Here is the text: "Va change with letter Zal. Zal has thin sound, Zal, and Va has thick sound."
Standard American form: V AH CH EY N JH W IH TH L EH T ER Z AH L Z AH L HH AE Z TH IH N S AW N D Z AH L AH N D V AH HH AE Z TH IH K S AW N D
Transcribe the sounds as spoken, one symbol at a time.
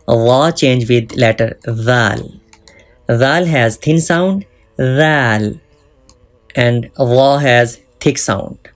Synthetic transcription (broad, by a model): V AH CH EY N JH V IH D L EH T ER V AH L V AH L HH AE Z T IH N S AW N D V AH L AH N D V AH HH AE Z T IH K S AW N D